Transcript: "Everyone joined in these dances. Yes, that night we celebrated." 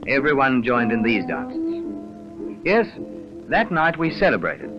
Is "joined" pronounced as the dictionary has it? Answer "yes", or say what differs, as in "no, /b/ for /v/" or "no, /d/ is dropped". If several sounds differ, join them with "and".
yes